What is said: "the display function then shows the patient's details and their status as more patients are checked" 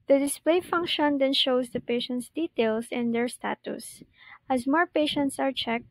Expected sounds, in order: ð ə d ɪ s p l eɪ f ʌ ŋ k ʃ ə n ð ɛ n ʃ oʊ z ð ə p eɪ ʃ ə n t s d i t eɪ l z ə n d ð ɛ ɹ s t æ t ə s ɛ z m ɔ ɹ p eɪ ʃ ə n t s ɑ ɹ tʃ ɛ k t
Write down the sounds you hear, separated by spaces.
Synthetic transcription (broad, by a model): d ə d ɪ s p l eɪ f ʌ ŋ k ʃ ə n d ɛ n ʃ oʊ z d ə p eɪ ʃ ə n t s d i t eɪ l s ə n d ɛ ɹ s t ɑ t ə s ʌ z m ɔ ɹ p eɪ ʃ ə n t s ɑ ɹ tʃ ɛ k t